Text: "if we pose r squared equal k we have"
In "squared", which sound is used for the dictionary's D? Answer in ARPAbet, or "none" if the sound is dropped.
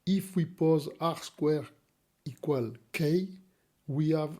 none